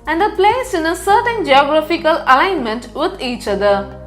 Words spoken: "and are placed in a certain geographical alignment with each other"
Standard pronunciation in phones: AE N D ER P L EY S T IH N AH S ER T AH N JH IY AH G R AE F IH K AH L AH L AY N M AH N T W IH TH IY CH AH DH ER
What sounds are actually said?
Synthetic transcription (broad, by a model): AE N D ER P L EY S IH N AH S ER T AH N JH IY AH G R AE F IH K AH L AH L AY N M AH N T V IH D IY CH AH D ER